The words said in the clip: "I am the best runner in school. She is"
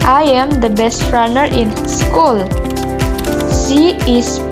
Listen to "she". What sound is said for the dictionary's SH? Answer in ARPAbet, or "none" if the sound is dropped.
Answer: S